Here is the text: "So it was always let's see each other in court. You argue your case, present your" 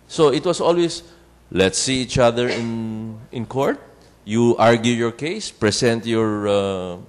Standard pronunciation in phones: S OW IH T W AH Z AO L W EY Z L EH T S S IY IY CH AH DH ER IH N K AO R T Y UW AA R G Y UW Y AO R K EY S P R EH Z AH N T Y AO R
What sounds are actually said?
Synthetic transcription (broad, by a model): S OW IH T W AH S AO L W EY S L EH T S S IY IY CH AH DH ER IH N K AO R T Y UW AA R G Y UW Y AO R K EY S P R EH S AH N T Y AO R